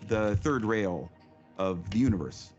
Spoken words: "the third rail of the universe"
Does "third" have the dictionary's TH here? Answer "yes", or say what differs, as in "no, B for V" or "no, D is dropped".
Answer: yes